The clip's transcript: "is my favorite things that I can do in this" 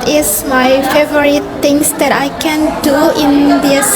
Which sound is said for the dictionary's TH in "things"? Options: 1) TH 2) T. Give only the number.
2